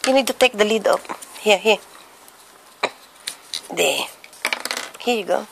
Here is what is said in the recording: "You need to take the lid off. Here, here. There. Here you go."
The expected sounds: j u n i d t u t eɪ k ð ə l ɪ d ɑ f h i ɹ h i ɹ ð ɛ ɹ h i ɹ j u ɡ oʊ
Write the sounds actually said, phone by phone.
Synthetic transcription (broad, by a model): j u n i d t u t eɪ k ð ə l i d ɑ p h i h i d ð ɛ h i j u ɡ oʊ